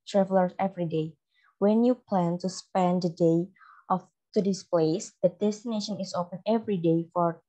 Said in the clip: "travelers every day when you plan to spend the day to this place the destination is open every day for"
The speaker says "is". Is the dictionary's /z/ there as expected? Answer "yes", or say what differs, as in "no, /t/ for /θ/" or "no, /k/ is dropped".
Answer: no, /s/ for /z/